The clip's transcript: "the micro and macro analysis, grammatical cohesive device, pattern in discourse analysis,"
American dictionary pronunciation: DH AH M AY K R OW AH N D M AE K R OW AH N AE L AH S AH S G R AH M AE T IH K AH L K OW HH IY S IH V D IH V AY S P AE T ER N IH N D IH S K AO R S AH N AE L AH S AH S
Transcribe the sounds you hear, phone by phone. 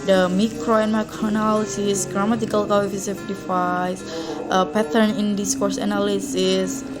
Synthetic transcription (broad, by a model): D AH M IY K R OW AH N M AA K R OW N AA L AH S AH S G R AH M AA T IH K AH L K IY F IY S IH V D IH F AY S P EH T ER N IH N D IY S K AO R S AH N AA L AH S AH S